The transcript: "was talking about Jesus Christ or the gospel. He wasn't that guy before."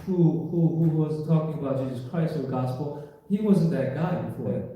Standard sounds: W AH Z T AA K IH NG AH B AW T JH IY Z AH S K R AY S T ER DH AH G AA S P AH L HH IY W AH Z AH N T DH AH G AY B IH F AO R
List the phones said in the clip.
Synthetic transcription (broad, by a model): W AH Z T AA K IH NG AH B AW T JH IY Z AH S K R AY S T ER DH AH G AA S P L HH IY W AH Z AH N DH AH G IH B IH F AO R